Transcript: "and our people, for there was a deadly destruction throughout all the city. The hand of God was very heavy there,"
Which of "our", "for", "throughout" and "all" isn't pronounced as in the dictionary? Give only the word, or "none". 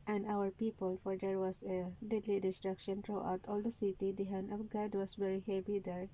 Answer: throughout